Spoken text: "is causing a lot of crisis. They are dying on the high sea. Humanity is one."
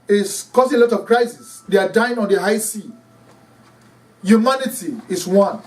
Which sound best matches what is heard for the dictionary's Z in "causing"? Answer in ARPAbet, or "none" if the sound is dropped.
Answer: S